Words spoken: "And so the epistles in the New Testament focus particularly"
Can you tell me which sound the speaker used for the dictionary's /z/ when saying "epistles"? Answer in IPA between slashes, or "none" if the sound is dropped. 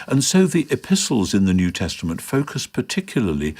/z/